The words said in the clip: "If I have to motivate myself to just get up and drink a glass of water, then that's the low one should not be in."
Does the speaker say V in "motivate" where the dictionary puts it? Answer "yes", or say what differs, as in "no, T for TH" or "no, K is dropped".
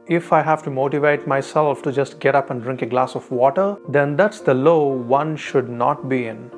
yes